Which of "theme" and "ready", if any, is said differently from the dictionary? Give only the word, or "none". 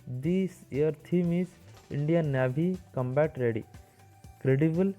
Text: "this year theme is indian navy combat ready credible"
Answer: theme